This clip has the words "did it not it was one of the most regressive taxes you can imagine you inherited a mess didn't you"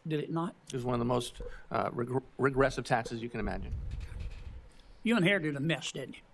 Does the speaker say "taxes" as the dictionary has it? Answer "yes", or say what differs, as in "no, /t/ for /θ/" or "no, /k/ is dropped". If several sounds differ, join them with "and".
yes